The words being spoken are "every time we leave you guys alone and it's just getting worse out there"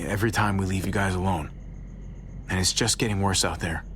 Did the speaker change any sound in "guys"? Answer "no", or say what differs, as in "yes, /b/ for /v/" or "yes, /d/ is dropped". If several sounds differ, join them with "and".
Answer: no